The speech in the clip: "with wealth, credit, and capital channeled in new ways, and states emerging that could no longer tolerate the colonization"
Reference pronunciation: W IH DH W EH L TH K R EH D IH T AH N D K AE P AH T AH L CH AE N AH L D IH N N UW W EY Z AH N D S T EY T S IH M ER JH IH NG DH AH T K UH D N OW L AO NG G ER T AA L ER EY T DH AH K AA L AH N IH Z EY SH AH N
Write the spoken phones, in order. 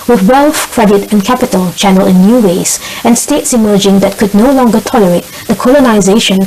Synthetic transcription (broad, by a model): W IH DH W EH L F K R EH D IH T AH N K AE P AH T AH L CH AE N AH L IH N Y UW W EY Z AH N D S T EY T S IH M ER JH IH NG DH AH T K UH D N OW L AO NG G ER T AA L ER EY T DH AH K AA L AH N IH Z EY SH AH N